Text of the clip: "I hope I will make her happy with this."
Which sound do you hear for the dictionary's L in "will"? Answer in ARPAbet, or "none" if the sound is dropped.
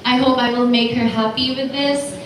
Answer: L